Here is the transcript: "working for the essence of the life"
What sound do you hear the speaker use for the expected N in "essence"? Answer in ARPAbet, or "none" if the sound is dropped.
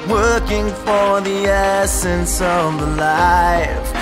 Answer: N